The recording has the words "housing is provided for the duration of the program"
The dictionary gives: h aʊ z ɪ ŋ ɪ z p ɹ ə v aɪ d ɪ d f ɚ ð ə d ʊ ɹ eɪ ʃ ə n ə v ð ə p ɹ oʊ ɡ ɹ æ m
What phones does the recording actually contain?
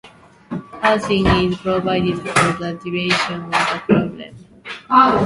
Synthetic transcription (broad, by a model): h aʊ s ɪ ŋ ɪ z p ɹ ə v aɪ d ɪ d f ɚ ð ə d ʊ ɹ eɪ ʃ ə n ə v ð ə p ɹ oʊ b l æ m